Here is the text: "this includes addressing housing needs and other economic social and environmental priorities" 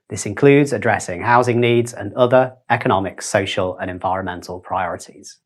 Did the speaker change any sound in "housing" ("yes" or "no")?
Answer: no